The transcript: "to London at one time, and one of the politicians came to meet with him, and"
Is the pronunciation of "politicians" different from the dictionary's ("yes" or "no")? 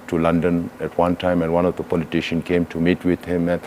yes